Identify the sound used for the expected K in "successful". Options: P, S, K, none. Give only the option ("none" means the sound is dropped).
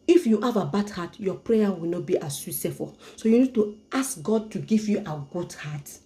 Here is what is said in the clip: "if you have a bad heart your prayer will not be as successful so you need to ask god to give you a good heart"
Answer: none